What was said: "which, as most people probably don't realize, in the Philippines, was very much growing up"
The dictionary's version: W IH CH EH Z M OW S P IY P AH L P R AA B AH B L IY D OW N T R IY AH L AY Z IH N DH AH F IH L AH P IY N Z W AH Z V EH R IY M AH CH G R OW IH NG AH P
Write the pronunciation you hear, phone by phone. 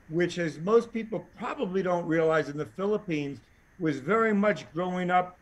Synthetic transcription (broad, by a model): W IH CH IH Z M OW S P IY P L P R AA B AH B L IY D OW N T R IY AH L AY Z IH N DH AH F IH L AH P IY N Z W AH Z V EH R IY M AH CH G R OW IH NG AH P